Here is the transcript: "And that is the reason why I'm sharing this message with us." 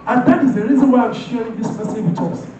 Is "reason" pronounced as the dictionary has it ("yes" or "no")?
yes